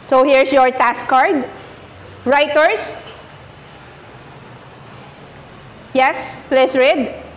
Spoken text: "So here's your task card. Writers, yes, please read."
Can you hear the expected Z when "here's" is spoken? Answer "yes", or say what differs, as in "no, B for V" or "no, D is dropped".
no, S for Z